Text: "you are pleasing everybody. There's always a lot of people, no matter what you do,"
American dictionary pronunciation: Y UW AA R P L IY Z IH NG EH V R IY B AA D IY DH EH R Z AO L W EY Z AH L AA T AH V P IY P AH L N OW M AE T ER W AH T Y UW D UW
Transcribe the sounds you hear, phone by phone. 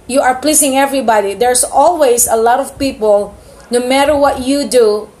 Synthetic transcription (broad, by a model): Y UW AA R P L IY S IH NG EH V R IY B AA D IY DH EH R S AO L W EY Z AH L AA T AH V P IY P AH L N OW M AE T ER W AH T Y UW D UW